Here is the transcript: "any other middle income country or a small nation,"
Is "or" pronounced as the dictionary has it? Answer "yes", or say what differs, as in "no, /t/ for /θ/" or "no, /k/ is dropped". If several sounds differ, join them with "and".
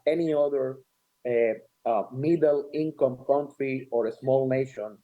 yes